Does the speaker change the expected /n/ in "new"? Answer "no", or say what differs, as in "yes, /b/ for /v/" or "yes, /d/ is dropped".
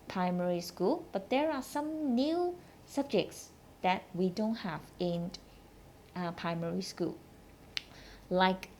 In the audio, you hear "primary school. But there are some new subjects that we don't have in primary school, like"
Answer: no